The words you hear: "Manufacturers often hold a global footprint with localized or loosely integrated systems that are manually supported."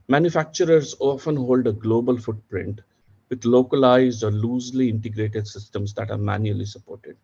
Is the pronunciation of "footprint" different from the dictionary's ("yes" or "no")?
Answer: no